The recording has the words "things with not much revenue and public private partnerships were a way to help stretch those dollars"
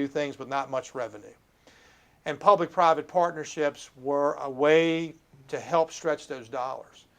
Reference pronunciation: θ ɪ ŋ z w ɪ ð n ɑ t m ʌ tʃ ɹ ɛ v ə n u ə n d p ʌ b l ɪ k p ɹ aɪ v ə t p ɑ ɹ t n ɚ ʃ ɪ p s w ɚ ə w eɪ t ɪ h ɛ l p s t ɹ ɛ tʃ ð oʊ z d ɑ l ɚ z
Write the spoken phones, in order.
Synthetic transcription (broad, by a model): θ ɪ ŋ z w ɪ ð n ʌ t m ʌ tʃ ɹ ɛ v ə n u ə n p ʌ b l ɪ k p ɹ aɪ v ə t p ɑ ɹ t n ɚ ʃ ɪ p s w ɚ ə w eɪ t ɪ h ɛ l p s t ɹ ɛ tʃ ð oʊ z d ɑ l ɚ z